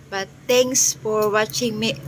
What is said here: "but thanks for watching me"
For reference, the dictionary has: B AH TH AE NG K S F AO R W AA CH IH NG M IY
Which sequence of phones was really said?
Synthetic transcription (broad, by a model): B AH T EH NG K S F AO R W AA CH IH NG M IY